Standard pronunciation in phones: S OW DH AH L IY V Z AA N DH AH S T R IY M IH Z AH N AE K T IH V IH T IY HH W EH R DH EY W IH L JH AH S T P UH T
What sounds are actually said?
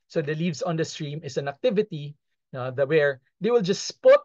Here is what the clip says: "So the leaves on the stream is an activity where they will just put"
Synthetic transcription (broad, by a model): S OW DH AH L IY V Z AA N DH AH S T R IY M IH S AH N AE K T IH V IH T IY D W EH R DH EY W IH L JH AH S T P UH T